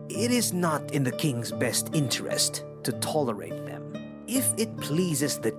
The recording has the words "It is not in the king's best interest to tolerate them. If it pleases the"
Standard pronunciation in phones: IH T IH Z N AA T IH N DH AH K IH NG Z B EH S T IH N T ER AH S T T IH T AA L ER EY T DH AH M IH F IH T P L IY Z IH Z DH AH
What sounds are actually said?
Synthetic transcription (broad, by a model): IH T IH Z N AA T IH N DH AH K IH NG Z B EH S T IH N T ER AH S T T IH T AA L ER EY T DH AH M IH F IH T P L IY Z IH Z DH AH